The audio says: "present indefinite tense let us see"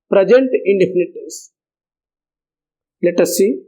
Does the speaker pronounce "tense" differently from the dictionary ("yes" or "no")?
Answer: yes